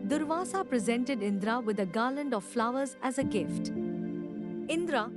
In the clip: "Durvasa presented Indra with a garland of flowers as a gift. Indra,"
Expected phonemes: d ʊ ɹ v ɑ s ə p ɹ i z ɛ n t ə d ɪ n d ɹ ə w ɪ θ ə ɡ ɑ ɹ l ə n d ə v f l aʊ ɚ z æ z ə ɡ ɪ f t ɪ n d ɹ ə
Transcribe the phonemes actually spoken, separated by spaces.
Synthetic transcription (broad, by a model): d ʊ ɹ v ɑ s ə p ɹ i z ɛ n t ə d ɪ n d ɹ ə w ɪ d ə ɡ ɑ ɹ l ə n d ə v f l aʊ ɚ z æ z ə ɡ ɪ f t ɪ n d ɹ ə